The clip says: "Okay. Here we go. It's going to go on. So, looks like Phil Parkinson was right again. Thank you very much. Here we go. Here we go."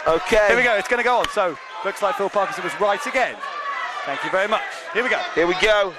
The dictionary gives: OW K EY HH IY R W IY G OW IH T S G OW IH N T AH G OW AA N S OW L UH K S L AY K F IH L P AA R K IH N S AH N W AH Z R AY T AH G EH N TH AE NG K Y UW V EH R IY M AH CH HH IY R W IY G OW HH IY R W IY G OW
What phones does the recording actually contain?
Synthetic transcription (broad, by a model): OW K EY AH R W IY G OW IH T S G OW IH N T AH G OW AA N S OW L UH K S L AY K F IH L P AA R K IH S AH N W AH Z R AY T AH G EH N TH AE NG K Y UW V EH R IY M AH CH HH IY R W IY G OW HH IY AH W IY G OW